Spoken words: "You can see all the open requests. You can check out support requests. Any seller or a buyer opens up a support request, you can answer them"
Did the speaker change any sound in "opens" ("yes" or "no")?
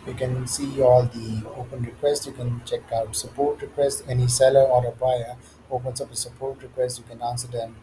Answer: yes